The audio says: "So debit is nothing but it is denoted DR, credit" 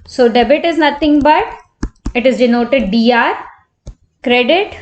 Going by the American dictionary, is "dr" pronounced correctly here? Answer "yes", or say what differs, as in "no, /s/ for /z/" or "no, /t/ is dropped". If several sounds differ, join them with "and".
no, /k/ is dropped